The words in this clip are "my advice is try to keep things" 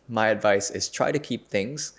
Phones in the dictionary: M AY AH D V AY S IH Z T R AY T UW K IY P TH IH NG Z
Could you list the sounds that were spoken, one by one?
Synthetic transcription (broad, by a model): M AY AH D V AY S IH S T R AY T UW K IY P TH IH NG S